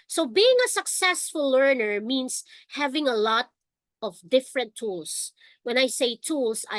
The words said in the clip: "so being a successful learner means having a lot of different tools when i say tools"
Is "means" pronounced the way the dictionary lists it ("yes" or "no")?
no